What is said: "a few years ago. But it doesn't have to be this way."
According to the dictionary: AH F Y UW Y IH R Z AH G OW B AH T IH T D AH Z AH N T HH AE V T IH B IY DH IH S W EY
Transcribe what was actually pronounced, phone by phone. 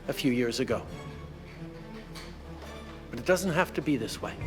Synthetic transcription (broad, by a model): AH F Y UW Y IH R Z AH G OW B AH T IH T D AH Z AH N T HH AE F T IH B IY DH IH S W EY